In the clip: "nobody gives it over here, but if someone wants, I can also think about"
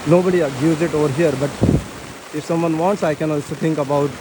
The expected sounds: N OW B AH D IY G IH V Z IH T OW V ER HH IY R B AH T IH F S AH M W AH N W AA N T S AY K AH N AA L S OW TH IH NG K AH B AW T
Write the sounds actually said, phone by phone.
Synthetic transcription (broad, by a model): N OW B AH D IY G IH Z IH T OW V ER HH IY R B AH T IH F S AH M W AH N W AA N T S AY K AH N AA L S OW T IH NG K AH B AW T